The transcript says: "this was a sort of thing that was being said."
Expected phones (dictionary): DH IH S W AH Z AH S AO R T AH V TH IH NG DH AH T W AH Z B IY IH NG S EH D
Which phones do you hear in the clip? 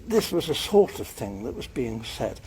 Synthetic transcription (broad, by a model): DH IH S W AH Z AH S AO R T AH V TH IH NG DH AH T W AH Z B IY IH NG S EH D